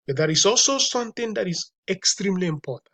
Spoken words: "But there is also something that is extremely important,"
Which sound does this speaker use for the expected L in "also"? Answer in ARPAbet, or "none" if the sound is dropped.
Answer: L